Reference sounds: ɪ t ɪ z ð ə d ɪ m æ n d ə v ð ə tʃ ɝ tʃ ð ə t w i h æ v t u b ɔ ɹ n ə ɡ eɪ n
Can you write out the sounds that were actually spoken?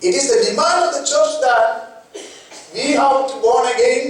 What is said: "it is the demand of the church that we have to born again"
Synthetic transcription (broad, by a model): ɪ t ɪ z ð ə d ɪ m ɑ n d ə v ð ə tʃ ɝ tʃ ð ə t w i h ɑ w t u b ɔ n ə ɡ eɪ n